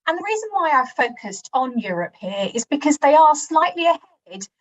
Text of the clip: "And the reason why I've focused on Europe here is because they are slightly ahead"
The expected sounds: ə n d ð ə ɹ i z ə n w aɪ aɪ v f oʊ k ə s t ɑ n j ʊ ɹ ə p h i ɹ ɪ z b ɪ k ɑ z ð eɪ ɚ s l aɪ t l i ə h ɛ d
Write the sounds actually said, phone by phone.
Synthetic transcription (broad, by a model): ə n ð ə ɹ i z ə n w aɪ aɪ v f oʊ k ə s t n j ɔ ɹ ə p h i ɹ ɪ z b ɪ k ɑ z ð eɪ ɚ s l aɪ t l i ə h ɛ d